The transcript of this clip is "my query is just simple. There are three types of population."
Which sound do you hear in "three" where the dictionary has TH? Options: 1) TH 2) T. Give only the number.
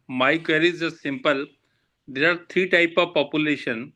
2